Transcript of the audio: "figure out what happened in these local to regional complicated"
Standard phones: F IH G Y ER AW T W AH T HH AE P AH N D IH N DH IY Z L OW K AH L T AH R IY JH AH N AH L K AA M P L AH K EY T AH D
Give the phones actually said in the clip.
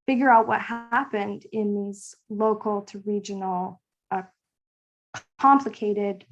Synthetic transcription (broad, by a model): F IH G Y ER AW T W AH T HH AE P AH N D IH N DH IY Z L OW K L T AH R IY JH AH N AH K AA M P L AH K EY T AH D